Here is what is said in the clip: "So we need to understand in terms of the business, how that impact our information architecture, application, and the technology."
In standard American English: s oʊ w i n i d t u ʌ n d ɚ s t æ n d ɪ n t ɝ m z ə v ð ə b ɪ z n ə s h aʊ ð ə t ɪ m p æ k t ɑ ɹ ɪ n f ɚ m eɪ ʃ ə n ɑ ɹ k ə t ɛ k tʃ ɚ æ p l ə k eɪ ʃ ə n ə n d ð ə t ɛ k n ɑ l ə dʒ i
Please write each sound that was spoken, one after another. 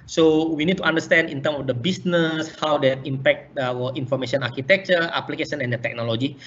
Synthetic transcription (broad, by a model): s oʊ w i n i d t u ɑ n d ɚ s t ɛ n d ɪ n t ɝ m ə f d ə b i s n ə s h aʊ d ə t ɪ m p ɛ k t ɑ w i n f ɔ m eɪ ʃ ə n ɑ ɹ k ə t ɛ k tʃ ɚ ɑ p l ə k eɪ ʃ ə n ə n d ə t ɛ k n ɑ l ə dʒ i